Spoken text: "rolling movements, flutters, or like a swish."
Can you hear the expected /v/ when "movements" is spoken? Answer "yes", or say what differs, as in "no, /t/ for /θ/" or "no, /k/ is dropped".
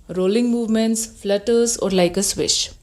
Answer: yes